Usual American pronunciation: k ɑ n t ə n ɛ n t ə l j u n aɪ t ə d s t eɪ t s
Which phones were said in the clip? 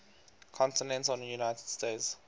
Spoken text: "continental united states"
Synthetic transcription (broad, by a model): k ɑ n t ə n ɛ n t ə n j u n aɪ t ə d s t eɪ t s